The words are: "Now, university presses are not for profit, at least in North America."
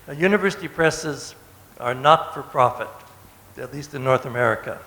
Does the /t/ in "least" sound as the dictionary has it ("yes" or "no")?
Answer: yes